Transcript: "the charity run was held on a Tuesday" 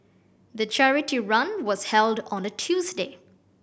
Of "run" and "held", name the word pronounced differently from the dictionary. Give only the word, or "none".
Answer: none